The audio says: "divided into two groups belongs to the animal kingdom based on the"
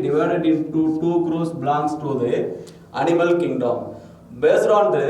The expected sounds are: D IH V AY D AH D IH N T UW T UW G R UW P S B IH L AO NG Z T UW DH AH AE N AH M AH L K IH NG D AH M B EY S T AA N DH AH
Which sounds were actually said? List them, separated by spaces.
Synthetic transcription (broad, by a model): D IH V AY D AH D IH N T UW T UW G R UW S B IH L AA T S T UW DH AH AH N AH M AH L K IH NG D AH M B EY S T AA N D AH